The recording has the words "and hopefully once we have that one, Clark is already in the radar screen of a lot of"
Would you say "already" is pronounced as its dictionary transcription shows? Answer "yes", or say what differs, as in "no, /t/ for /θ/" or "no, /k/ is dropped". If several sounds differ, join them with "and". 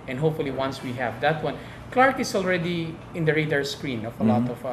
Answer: yes